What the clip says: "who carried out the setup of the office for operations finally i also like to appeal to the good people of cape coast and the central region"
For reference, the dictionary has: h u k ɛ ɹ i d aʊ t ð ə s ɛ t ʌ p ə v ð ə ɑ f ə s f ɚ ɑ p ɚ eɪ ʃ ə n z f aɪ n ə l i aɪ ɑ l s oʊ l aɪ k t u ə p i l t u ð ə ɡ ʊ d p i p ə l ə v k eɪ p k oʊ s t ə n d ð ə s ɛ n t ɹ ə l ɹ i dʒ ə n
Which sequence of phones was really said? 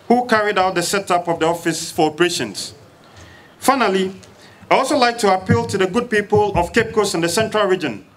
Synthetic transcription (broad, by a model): h u k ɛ ɹ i d aʊ t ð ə s ɛ t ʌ p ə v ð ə ɑ f ə s f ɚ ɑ p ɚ eɪ ʃ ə n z f aɪ n ə l i aɪ ɑ l s oʊ l aɪ k t u ə p i l t u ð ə ɡ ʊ d p i p ə l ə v k eɪ p k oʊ s ə n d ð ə s ɛ n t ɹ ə l ɹ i dʒ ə n